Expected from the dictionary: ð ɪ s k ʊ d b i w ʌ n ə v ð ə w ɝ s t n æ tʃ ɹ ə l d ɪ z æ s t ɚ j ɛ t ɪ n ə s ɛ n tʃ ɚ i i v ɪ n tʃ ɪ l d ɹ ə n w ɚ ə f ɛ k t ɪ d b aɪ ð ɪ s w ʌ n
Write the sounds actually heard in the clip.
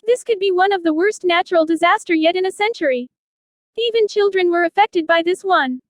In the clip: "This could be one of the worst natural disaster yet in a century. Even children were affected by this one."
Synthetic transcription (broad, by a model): ð ɪ s k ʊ d b i w ʌ n ə v ð ə w ɝ s t n æ tʃ ɹ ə l d ɪ z æ s t ɚ j ɛ t ɪ n ə s ɛ n tʃ ɚ i i v ɪ n tʃ ɪ l d ɹ ə n w ɚ ə f ɛ k t ɪ d b aɪ ð ɪ s w ʌ n